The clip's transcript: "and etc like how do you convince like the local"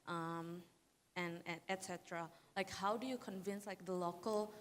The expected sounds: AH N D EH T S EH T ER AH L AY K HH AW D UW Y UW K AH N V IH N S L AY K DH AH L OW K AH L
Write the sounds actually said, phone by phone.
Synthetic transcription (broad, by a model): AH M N EH T S EH T ER AH L AY K HH AW D UW Y UW K AH N V IH N S L AY K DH AH L OW K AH L